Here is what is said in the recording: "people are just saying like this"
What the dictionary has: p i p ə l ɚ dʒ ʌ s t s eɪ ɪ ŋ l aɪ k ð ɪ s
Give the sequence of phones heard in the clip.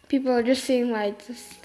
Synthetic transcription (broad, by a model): p i p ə l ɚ dʒ ʌ s t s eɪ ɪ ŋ w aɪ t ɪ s